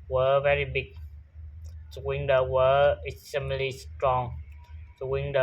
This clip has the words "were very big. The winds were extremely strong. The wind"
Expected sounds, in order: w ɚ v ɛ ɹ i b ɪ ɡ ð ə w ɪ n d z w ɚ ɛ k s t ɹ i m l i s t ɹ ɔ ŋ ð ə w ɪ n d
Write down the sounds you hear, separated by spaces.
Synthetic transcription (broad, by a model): w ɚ v ɛ ɹ i b ɪ ɡ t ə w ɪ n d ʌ w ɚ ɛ s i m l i s t ɹ ɔ ŋ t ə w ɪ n d